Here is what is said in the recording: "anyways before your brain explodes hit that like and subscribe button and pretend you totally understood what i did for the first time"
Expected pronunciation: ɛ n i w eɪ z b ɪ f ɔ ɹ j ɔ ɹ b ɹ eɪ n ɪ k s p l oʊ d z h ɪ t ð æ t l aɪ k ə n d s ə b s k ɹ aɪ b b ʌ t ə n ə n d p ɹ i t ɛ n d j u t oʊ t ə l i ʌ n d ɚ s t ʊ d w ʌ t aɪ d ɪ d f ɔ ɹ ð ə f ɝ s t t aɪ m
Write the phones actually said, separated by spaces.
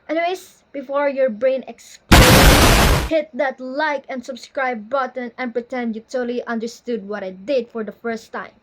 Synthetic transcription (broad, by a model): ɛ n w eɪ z b ɪ f ɔ ɹ j ɔ ɹ b ɹ eɪ n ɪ k s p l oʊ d h ɪ t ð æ t l aɪ k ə n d s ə b s k ɹ aɪ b b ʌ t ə n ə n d p ɹ i t ɛ n d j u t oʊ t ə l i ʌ n d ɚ s t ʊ d w ʌ t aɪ d ɪ d f ɔ ɹ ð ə f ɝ s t t aɪ m